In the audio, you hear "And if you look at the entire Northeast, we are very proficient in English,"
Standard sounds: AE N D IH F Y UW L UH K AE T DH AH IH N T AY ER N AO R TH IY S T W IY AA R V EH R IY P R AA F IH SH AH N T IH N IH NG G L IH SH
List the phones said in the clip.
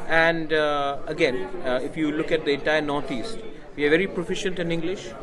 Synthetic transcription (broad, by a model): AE N D IH F Y UW L UH K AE T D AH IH T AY N AO R T IY S T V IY AA R V EH R IY P R AA F IH SH AH N T IH N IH NG G L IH SH